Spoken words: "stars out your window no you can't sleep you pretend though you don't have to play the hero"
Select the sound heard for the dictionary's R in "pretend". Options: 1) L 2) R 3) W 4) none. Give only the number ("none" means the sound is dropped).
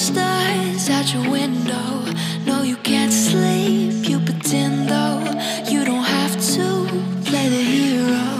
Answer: 4